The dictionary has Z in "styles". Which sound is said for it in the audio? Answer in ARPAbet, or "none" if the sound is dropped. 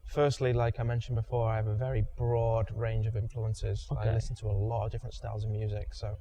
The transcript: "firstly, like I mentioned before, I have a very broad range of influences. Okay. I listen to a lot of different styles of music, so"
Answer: Z